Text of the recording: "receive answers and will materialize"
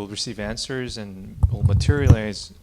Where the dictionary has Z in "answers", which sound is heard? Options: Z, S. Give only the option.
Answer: Z